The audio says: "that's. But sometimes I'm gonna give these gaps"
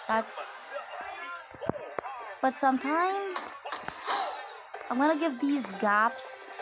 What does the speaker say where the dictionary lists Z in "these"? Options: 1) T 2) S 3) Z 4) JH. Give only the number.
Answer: 3